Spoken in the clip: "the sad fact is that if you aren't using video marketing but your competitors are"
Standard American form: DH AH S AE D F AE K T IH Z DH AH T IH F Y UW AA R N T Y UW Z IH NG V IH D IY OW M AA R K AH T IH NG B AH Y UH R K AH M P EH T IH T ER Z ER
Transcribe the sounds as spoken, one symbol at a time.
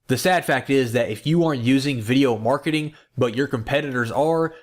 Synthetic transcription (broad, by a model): DH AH S AE D F AE K T IH Z DH AH T IH F Y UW AA R N T Y UW Z IH NG V IH D IY OW M AA R K AH T IH NG B AH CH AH R K AH M P EH T IH T ER Z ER